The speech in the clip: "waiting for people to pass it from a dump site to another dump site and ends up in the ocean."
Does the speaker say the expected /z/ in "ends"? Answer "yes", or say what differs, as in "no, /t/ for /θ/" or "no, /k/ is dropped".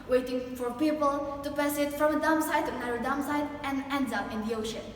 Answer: no, /z/ is dropped